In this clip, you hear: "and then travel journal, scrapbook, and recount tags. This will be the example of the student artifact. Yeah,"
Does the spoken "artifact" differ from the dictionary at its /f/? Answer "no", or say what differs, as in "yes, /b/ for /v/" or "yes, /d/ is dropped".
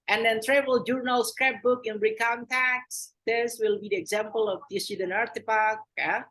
yes, /p/ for /f/